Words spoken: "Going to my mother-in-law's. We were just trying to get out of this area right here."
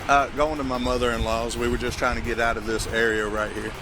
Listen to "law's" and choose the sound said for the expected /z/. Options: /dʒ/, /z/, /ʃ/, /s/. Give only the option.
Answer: /z/